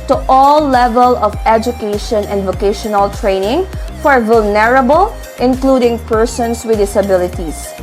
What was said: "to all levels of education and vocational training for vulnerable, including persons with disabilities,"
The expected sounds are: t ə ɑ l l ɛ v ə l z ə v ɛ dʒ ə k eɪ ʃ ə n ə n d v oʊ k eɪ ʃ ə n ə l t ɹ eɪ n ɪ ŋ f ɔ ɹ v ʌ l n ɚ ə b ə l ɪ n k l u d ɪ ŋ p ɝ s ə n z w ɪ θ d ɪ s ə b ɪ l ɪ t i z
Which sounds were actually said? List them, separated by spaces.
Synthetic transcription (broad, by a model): t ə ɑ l l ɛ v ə l ə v ɛ dʒ ə k eɪ ʃ ə n ə n d v oʊ k eɪ ʃ ə n ə l t ɹ eɪ n ɪ ŋ f ɔ ɹ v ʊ l n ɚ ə b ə l ɪ n k l u d ɪ ŋ p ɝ s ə n s w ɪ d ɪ s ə b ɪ l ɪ t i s